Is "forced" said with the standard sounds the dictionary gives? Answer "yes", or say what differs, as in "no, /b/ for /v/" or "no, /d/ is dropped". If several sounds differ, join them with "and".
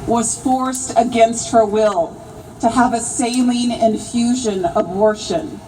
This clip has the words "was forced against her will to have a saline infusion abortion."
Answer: yes